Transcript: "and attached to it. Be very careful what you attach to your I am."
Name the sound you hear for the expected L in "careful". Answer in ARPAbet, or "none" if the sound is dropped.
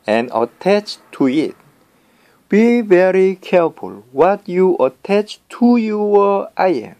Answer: L